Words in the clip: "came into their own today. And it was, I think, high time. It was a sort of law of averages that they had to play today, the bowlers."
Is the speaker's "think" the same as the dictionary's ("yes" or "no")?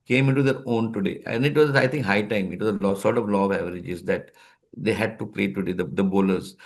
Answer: no